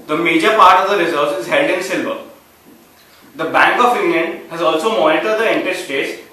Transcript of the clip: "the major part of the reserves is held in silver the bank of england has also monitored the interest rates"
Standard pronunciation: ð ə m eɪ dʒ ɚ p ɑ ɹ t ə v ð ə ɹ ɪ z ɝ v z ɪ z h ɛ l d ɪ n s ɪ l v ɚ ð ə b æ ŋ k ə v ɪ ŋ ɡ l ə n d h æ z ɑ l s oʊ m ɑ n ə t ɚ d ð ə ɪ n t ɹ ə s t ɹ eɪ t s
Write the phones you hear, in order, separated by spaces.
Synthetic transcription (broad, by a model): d ə m eɪ dʒ ɚ p ɑ ɹ t ə v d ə ɹ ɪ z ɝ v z ɪ z h ɛ l d ɪ n s ɪ l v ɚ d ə b æ ŋ k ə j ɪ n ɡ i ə n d h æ z ɑ l s oʊ m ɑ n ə t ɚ d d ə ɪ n t ə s t eɪ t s